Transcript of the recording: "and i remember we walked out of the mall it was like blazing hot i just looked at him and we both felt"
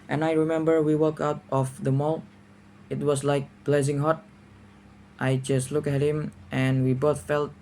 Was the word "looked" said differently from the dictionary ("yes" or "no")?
yes